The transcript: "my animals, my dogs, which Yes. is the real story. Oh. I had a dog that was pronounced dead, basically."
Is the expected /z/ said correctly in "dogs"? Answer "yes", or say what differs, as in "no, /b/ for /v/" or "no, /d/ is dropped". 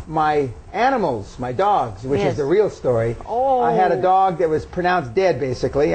yes